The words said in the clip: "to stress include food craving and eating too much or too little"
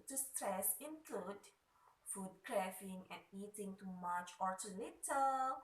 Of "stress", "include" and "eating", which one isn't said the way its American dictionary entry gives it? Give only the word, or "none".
none